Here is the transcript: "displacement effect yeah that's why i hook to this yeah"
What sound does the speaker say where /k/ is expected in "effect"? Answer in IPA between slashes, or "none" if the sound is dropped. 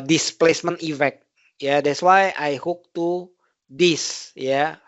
none